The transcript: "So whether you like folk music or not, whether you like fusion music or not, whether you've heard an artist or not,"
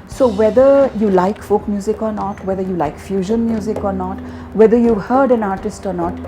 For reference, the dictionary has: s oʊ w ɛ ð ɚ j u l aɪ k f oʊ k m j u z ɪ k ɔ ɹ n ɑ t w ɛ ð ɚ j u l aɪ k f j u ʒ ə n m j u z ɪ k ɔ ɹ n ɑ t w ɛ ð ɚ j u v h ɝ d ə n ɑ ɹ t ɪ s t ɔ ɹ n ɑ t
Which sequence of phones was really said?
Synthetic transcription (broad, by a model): s oʊ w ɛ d ɚ j u l aɪ k f oʊ k m j u z ɪ k ɔ ɹ n ɑ t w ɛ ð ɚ j u l aɪ k f j u ʒ ə n m j u z ɪ k ɔ ɹ n ɑ t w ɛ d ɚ j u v h ɝ d ə n ɑ ɹ t ɪ s t ɔ ɹ n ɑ t